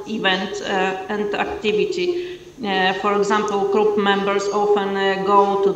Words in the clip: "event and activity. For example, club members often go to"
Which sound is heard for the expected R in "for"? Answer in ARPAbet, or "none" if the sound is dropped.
R